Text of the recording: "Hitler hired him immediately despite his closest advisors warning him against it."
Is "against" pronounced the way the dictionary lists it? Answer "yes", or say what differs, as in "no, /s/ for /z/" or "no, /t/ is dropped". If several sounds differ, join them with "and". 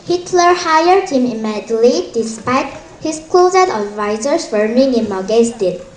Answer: no, /n/ is dropped